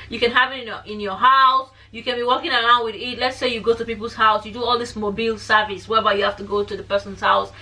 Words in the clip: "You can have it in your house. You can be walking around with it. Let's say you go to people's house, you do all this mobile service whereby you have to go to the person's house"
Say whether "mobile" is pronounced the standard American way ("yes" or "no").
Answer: yes